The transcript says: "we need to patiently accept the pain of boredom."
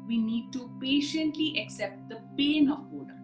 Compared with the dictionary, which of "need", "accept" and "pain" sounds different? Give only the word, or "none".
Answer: none